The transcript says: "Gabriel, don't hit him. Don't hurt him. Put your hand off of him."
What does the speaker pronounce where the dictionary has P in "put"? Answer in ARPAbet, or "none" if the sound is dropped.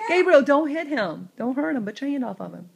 B